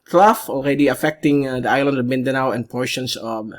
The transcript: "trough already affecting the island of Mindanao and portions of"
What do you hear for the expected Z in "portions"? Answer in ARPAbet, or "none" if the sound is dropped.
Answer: S